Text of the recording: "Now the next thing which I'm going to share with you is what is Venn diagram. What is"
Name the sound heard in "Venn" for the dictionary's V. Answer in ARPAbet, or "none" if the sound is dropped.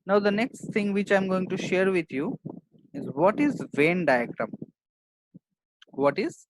V